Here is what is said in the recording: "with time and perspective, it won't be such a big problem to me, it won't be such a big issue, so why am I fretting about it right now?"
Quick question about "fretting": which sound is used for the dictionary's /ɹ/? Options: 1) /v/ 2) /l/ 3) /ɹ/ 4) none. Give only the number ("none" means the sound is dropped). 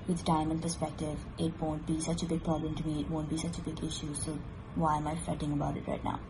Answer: 4